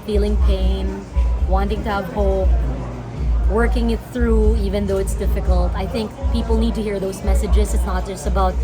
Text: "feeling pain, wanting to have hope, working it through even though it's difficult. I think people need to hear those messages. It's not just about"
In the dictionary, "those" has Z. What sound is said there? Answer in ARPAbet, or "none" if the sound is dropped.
Z